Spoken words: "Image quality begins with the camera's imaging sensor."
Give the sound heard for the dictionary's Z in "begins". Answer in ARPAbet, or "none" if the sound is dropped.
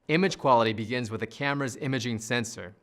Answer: Z